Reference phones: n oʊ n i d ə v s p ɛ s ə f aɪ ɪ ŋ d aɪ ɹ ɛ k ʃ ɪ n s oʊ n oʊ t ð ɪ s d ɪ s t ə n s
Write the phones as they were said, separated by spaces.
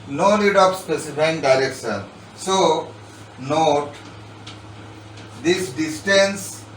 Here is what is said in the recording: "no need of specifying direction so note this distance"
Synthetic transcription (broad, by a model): n oʊ l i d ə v s p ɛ s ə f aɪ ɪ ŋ d aɪ ɹ ɛ k ʃ ɪ n s oʊ n oʊ t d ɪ s d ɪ s t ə n s